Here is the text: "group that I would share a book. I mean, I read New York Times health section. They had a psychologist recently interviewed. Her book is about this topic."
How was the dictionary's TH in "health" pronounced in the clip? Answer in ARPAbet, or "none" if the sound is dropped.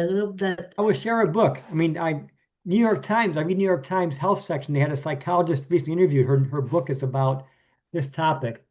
TH